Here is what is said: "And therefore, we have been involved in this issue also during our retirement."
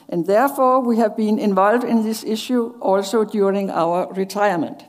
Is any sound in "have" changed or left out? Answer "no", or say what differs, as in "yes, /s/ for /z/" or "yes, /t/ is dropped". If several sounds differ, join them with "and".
no